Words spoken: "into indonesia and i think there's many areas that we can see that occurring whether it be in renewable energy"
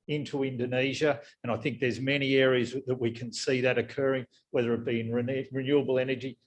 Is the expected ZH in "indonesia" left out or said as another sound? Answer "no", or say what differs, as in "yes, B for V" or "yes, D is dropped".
no